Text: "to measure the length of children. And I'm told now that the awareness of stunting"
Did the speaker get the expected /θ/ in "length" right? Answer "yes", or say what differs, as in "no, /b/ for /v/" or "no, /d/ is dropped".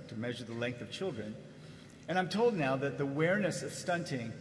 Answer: yes